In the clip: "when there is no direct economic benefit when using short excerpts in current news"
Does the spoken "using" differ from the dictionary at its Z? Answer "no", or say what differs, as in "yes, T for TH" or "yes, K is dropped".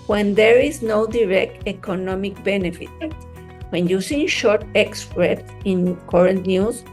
yes, S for Z